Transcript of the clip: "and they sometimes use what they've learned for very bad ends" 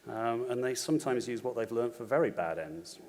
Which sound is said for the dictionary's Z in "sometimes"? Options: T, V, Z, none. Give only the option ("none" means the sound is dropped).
Z